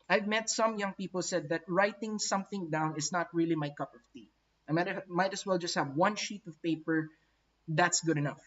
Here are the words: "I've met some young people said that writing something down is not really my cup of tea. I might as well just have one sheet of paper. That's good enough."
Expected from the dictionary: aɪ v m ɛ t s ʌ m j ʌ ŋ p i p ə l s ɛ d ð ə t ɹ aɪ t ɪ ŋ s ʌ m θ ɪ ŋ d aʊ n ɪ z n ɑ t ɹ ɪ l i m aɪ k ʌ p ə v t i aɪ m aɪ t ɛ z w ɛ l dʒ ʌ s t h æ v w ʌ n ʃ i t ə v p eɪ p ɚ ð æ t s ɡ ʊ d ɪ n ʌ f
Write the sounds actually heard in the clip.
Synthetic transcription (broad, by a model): aɪ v m ɛ t s ʌ m j ʌ ŋ p i p ə l s ɛ d ð ə t ɹ aɪ t ɪ ŋ s ʌ m θ ɪ ŋ d aʊ n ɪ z n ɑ t ɹ ɪ l i m aɪ k ʌ p ə v t i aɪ m aɪ t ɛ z w ɛ l dʒ ʌ s t h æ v w ʌ n ʃ i t ə v p eɪ p ɚ ð æ t s ɡ ʊ d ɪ n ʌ f